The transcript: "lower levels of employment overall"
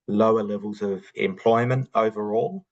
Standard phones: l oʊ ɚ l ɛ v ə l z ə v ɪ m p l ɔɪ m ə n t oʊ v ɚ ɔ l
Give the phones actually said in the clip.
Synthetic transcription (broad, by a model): l oʊ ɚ l ɛ v ə l z ə v ɪ m p l ɔɪ m ə n t oʊ v ɚ ɔ l